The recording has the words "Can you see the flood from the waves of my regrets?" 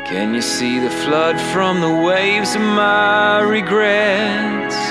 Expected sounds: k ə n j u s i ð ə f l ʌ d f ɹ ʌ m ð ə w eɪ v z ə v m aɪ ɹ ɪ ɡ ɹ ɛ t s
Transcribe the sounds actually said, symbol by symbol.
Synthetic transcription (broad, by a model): k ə n j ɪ s i ð ə f l ʌ d f ɹ ʌ m ð ə w eɪ v z ə v m aɪ ɹ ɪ ɡ ɹ ɛ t